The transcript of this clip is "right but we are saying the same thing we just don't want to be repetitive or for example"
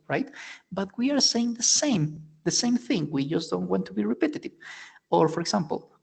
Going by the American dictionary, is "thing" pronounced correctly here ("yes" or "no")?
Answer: yes